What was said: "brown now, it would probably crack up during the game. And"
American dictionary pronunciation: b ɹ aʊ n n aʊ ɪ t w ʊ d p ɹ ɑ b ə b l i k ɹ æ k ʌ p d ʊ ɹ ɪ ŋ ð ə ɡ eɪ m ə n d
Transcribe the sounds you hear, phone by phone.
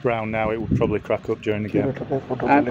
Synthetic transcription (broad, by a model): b ɹ aʊ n n aʊ ɪ t w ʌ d p ɹ ɑ b ə b l i k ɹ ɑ k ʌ p d ʊ ɹ ɪ ŋ ð ə ɡ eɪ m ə